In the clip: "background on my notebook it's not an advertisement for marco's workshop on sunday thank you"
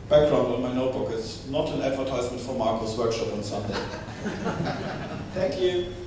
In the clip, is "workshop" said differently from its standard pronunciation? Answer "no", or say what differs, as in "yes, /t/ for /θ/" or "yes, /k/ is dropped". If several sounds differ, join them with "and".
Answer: no